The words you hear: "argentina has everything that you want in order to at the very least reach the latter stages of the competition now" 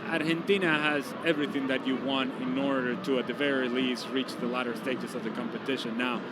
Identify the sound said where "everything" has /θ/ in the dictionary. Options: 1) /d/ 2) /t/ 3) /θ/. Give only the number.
3